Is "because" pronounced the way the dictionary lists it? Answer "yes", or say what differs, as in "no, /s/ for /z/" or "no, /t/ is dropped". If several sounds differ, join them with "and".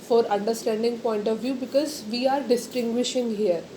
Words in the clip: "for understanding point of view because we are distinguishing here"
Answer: yes